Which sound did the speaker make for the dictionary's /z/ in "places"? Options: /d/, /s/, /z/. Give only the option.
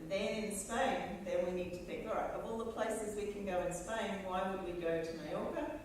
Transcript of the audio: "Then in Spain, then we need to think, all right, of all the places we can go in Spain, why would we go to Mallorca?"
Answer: /z/